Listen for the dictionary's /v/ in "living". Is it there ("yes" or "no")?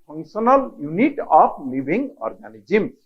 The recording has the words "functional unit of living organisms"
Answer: no